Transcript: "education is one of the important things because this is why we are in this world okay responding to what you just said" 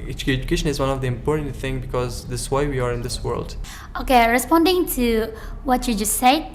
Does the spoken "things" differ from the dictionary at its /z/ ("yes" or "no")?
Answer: yes